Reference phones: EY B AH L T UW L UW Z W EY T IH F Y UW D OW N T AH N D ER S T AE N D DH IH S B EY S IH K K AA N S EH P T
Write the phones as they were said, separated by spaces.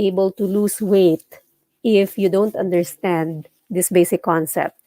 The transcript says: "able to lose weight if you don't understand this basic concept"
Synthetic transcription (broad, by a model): EY B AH L T UW L UW S W EY T IH F Y UW D OW N T AH N D ER S T AE N D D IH S B EY S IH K K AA N S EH P T